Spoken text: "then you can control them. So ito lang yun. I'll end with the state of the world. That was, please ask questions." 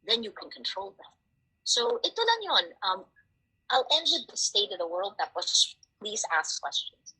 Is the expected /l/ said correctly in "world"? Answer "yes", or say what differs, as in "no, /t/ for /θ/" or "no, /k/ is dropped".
yes